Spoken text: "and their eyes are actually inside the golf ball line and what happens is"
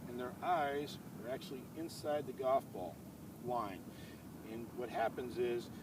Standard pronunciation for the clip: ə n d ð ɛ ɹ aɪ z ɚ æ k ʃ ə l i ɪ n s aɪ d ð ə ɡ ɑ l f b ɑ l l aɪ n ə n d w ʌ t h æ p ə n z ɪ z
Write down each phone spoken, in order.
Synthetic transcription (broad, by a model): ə n ð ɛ ɹ aɪ z ɚ æ k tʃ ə l i ɪ n s aɪ d ð ə ɡ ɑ f b ɑ l l aɪ n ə n w ʌ t h æ p ə n z ɪ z